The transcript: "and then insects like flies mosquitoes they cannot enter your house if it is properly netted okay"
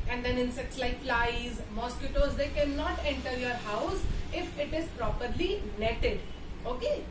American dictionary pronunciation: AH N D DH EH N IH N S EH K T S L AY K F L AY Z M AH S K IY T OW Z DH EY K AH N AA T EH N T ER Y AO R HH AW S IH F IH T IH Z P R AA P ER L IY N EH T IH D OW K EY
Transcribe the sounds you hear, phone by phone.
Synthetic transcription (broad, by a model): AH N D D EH N IH N S EH K T S L AY K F L AY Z M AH S K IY T OW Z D EY K AH N AA T EH N T ER Y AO R HH AW S IH F IH T IH Z P R AA P ER L IY N EH T IH D OW K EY